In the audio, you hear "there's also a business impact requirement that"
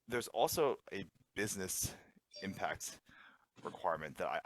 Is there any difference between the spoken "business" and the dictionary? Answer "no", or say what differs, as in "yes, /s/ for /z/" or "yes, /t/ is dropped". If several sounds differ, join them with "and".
no